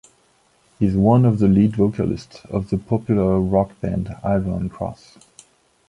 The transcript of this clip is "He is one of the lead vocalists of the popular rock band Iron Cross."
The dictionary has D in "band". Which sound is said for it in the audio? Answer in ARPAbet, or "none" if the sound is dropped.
D